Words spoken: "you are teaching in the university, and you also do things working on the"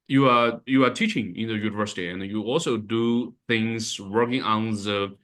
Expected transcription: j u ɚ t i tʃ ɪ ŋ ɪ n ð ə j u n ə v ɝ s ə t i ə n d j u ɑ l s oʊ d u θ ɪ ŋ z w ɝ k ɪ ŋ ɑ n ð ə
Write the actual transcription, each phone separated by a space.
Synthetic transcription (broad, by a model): j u ɚ t i tʃ ɪ ŋ ɪ n ð ə j u n ə v ɝ s ə t i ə n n j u ɑ l s oʊ d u θ ɪ ŋ z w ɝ k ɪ ŋ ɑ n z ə